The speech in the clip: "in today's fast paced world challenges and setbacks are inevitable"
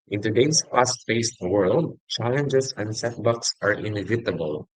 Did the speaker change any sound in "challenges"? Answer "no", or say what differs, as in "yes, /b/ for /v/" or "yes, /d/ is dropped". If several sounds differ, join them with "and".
yes, /s/ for /z/